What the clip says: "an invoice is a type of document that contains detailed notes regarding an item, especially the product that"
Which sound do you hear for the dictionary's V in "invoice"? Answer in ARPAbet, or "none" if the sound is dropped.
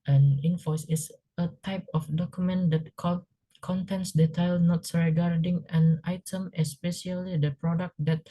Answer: F